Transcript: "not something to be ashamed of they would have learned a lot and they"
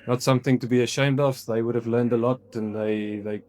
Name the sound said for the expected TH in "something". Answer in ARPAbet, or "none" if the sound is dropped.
TH